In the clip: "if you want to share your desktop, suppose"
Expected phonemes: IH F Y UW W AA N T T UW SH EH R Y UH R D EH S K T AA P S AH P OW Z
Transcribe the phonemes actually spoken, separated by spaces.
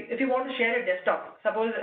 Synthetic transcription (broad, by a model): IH F Y UW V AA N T T UW SH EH R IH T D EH S T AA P S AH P OW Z